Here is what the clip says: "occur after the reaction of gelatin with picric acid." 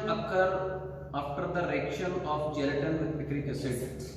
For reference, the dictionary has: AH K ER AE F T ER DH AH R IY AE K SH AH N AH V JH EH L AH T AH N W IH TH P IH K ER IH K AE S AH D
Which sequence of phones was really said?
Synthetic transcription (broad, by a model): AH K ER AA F T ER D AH R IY K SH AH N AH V JH EH L AH T AH N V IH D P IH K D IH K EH S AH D